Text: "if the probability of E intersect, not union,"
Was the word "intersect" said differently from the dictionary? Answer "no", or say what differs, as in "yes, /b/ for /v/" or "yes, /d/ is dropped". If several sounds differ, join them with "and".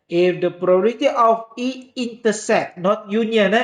yes, /k/ is dropped